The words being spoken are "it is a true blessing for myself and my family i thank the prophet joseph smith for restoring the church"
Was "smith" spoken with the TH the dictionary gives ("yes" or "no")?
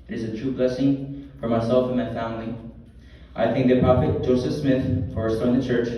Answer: yes